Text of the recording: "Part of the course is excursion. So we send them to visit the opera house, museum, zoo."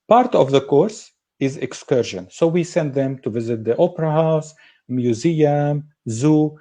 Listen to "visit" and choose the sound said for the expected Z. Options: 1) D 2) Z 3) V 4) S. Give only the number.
2